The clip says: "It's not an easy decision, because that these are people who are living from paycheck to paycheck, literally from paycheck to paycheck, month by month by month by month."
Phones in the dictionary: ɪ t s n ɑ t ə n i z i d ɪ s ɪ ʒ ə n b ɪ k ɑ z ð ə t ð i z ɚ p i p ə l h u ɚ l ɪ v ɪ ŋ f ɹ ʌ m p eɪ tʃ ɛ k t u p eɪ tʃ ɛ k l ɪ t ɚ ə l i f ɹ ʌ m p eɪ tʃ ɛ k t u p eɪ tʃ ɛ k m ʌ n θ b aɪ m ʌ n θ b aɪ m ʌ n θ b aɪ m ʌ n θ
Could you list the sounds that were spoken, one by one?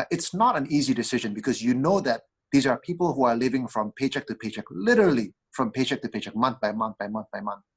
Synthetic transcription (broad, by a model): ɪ t s n ɑ t ə n i z i d ɪ s ɪ ʒ ə n b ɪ k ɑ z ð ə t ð i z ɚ p i p ə l h u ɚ l ɪ v ɪ ŋ f ɹ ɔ m p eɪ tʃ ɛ k t u p eɪ tʃ ɛ k l ɪ t ɚ ə l i f ɹ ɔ m p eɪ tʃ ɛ k t u p eɪ tʃ ɛ k m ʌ n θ b aɪ m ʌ n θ b aɪ m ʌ n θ b aɪ m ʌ n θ